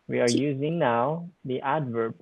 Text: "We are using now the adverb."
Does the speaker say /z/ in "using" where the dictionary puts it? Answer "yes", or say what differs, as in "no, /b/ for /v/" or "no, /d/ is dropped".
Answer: yes